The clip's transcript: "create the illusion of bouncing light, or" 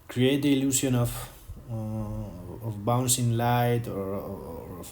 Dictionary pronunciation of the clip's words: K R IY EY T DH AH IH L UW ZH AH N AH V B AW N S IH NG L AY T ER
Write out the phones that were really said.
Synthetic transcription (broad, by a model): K R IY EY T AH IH L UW S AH N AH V B AW N S IH NG L AY T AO